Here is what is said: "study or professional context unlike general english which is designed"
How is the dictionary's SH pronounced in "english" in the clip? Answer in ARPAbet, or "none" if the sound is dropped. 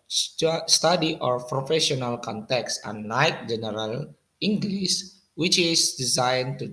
S